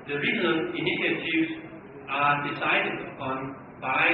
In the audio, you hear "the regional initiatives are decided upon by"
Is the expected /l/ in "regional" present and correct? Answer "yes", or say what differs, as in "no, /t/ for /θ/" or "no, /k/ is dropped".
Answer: no, /n/ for /l/